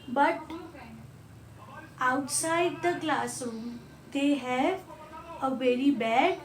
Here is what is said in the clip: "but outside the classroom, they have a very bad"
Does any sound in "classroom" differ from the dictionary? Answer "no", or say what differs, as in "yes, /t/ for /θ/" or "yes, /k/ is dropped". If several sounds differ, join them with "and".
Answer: yes, /ɹ/ is dropped